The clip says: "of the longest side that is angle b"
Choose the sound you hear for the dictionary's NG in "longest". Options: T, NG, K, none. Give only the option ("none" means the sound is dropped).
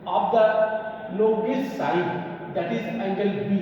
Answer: none